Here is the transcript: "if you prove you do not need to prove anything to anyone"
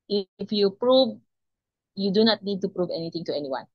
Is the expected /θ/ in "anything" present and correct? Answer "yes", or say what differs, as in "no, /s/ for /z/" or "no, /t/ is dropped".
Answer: no, /t/ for /θ/